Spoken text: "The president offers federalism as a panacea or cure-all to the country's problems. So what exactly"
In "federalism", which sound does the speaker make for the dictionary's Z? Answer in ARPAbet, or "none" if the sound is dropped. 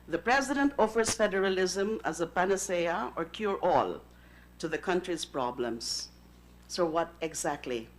Z